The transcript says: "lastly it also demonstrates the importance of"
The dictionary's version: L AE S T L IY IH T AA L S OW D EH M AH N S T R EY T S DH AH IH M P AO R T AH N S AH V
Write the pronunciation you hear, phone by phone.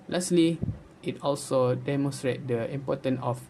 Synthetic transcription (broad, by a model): L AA S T L IY IH T AA L S OW D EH M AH N S T R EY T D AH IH M P AO T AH N AH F